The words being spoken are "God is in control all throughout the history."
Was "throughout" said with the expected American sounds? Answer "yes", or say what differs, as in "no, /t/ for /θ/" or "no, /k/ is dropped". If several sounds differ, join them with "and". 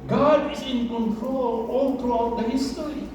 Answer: no, /t/ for /θ/